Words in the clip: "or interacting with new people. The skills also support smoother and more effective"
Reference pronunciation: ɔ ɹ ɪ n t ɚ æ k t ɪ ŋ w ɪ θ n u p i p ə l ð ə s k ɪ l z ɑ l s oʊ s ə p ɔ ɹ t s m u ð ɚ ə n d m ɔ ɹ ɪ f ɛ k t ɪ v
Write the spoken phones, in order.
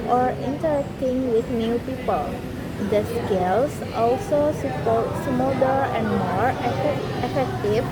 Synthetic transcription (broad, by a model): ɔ ɹ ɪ n t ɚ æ k t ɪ ŋ w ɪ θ n u p i p ə l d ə s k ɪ l s ɑ l s oʊ s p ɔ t s m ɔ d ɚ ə n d m ɔ ɹ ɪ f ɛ k t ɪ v